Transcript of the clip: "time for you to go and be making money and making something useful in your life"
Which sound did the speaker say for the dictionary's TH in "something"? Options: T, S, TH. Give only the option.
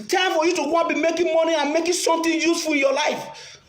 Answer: T